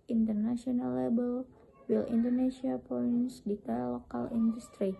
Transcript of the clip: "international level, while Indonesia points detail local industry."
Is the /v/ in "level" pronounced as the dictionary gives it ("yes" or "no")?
no